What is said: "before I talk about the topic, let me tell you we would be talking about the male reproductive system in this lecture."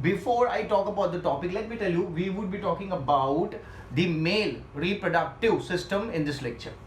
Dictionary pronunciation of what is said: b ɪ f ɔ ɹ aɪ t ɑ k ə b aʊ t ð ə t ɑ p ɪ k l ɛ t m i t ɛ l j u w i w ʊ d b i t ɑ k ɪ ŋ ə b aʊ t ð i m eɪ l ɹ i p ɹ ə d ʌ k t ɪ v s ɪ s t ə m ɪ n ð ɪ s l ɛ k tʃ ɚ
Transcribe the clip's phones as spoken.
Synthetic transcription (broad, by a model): b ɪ f ɔ ɹ aɪ t ɑ k ə b aʊ t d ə t ɑ p ɪ k l ɛ t m i t ɛ l j u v i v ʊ d b i t ɑ k ɪ ŋ ə b aʊ t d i m eɪ l ɹ i p ɹ ə d ʌ k t ɪ v s ɪ s t ə m ɪ n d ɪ s l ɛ k tʃ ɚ